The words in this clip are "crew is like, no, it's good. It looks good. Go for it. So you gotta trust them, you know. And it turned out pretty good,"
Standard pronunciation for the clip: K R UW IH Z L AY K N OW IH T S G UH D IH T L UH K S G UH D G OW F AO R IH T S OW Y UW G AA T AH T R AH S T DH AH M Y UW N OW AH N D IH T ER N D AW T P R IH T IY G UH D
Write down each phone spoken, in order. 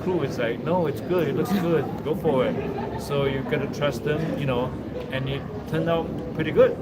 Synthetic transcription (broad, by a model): K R UW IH S L AY K N OW IH T S G UH D IH T L UH K S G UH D G OW F AO W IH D S OW Y UW G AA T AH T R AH S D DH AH M Y UW N OW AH N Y IH T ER N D AW T P R IH T IY G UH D